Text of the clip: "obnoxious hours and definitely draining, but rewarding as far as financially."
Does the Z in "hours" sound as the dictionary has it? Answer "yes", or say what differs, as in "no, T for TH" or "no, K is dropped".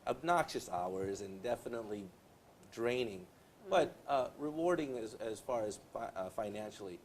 yes